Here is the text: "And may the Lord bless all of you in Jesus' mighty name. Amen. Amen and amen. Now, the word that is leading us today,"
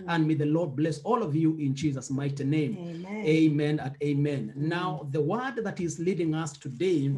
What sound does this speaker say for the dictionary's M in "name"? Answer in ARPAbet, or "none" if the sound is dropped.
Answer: none